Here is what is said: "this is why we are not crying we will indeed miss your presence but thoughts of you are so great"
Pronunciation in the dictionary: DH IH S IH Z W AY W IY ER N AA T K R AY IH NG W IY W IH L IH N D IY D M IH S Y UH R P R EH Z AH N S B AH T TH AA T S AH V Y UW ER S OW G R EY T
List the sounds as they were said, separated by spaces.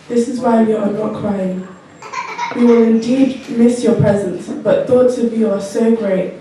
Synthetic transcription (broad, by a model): DH IH S IH Z W AY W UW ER N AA T K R AY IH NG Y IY W IH L IH N D IY D M IH S Y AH P R EH Z AH N S B AH T TH AA T S AH V Y UW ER S OW G R EY T